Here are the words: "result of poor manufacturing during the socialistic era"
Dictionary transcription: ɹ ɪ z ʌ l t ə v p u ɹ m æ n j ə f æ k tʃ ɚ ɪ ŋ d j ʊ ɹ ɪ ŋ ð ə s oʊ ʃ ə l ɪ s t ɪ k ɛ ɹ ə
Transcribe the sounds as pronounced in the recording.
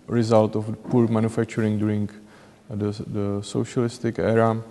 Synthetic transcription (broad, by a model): ɹ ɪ z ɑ l t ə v p u ɹ m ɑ n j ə f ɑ k tʃ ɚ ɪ ŋ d j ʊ ɹ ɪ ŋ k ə s oʊ ʃ ə l ɪ s t ɪ k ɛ ɹ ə